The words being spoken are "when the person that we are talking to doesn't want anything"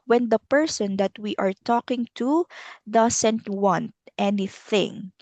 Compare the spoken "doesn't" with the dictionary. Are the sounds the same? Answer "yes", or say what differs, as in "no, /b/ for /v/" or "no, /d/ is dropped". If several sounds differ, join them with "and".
no, /s/ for /z/